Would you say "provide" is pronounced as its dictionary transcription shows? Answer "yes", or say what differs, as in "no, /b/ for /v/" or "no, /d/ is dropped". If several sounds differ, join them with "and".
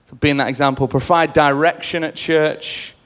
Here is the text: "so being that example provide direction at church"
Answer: no, /f/ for /v/